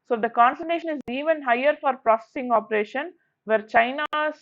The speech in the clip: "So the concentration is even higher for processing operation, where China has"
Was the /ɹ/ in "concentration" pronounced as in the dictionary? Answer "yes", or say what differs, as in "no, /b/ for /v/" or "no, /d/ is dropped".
no, /ɹ/ is dropped